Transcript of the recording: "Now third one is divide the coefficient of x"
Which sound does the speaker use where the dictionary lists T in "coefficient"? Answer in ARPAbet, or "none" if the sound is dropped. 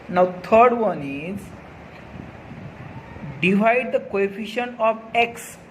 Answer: none